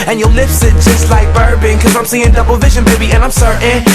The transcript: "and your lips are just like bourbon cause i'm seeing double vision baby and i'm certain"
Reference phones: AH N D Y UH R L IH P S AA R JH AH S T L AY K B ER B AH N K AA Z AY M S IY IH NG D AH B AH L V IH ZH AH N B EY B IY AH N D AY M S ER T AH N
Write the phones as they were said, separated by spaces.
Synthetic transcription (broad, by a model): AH N Y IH L IH F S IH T JH AH S T L AY K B ER B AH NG K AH Z AY M S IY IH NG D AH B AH L V IH ZH AH N B EY B IY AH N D AY M S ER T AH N